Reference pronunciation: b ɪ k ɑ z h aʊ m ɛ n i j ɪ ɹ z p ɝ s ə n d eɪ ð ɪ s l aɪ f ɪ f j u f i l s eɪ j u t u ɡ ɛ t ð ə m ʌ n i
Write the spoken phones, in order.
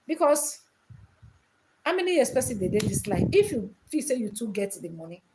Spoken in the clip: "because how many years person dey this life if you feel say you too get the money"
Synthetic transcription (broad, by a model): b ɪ k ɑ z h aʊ m ɛ n i j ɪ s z p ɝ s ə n d eɪ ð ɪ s l aɪ ɪ f j u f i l s eɪ j u t u ɡ ɛ t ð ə m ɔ n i